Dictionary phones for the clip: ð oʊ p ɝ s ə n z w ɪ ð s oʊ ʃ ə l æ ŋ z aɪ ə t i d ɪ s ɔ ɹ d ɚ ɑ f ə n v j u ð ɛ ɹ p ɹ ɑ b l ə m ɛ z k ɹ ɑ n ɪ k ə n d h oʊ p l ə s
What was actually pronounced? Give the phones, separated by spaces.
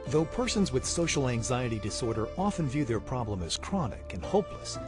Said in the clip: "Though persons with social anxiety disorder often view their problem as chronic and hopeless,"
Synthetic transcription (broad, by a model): ð oʊ p ɝ s ə n z w ɪ ð s oʊ ʃ l æ ŋ z aɪ ə t i d ɪ s ɔ ɹ d ɚ ɑ f ə n v j u ð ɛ ɹ p ɹ ɑ b l ə m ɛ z k ɹ ɑ n ɪ k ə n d h oʊ p l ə s